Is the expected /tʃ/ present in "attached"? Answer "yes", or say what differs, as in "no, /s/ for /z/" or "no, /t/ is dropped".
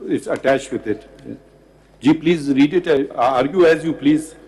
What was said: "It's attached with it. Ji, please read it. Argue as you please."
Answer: yes